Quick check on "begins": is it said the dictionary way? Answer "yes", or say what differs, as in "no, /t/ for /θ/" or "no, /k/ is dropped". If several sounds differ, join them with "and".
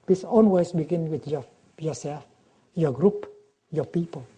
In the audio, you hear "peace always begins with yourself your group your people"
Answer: no, /z/ is dropped